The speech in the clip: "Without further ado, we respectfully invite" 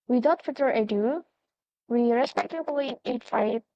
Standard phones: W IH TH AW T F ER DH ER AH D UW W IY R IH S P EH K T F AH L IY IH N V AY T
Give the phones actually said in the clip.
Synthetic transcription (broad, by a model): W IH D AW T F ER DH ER AH D UW W IY R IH S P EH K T AH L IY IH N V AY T